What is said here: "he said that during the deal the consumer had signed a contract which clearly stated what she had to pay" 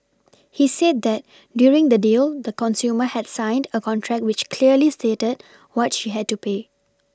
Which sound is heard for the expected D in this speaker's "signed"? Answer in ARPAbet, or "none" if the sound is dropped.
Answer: D